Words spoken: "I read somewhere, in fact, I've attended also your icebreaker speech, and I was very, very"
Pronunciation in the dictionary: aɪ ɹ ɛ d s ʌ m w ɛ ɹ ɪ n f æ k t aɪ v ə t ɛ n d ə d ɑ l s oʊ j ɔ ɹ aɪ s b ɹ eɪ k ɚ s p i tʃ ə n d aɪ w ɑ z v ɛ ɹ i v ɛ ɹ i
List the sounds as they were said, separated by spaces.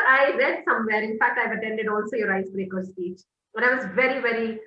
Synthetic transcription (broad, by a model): aɪ ɹ ɛ d s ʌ m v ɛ ɹ ɪ n f æ k t aɪ v ə t ɛ n d ə d ɑ l s oʊ j ɔ ɹ aɪ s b ɹ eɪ k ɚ s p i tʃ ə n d aɪ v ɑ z v ɛ ɹ i v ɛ ɹ i